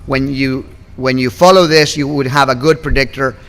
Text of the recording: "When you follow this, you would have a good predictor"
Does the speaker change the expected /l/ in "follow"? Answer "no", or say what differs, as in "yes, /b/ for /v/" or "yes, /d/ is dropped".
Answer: no